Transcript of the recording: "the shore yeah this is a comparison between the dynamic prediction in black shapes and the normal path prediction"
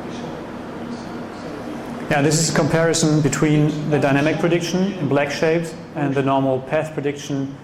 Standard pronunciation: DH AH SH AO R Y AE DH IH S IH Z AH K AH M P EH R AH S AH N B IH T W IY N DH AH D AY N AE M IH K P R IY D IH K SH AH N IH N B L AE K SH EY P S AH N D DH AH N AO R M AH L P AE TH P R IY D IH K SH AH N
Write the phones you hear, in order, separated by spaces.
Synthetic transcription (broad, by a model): Y AE DH IH S IH Z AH K AH M P EH R AH S AH N B IH T W IY N DH AH D AY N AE M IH K P R IY D IH K SH AH N IH N B L AE K SH EY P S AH N DH AH N AO R M L P AE TH P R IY D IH K SH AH N